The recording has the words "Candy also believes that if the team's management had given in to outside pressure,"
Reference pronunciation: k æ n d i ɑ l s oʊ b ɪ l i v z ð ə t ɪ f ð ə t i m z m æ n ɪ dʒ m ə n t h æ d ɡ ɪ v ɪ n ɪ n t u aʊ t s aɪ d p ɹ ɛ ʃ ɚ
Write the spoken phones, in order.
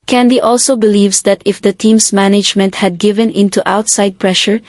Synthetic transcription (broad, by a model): k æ n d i ɑ l s oʊ b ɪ l i v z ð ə t ɪ f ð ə t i m s m æ n ɪ dʒ m ə n t h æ d ɡ ɪ v ɪ n ɪ n t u aʊ t s aɪ d p ɹ ɛ ʃ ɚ